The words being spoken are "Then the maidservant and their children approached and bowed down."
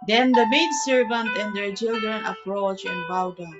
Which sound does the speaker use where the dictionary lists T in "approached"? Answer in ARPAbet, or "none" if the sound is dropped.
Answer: none